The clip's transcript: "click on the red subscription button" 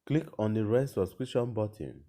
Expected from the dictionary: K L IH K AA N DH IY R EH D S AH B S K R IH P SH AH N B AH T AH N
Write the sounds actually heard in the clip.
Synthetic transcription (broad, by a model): K L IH K AA N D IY R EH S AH S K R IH SH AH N B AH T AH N